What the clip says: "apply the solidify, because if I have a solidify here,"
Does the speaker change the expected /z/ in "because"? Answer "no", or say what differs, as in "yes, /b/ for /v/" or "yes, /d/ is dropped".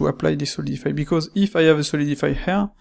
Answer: no